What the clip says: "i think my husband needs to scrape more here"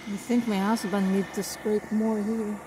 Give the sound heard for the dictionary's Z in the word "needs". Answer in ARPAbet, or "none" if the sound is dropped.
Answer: none